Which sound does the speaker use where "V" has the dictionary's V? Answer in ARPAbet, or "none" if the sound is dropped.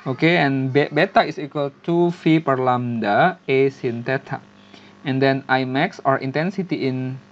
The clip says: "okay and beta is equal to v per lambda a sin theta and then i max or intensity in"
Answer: F